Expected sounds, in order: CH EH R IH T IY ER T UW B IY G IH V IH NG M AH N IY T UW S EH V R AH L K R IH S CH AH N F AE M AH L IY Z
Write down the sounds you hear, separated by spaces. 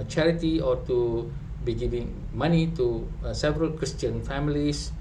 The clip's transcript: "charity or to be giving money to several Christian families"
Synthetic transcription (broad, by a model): CH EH R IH T IY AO T UW B IY G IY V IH NG M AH N IY T UW S EH V R AH L K R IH S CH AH N F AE M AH L IY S